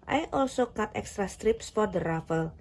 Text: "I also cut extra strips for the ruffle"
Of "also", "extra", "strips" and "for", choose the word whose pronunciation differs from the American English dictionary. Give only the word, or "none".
none